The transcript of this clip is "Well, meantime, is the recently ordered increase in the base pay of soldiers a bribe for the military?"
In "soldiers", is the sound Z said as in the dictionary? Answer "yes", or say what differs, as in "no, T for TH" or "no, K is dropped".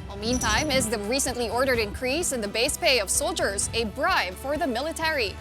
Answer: yes